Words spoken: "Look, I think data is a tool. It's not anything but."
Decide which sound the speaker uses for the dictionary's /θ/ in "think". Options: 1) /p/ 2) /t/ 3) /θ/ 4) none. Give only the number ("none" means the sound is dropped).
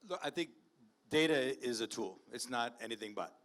3